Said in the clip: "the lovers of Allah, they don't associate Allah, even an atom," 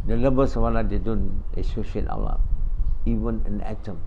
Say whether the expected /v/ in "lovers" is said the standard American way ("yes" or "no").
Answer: no